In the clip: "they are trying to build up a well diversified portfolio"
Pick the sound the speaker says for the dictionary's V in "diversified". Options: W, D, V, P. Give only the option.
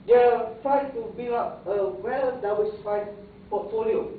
W